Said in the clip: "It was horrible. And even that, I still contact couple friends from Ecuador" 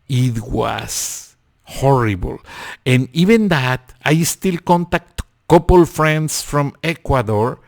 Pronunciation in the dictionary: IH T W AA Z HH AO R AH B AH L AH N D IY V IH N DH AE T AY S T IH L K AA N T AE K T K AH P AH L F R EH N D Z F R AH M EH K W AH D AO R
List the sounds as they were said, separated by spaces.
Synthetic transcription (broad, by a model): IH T W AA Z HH AO R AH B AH L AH N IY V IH N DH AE T AY S T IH L K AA N T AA K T K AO P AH L F R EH N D S F R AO M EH K W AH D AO R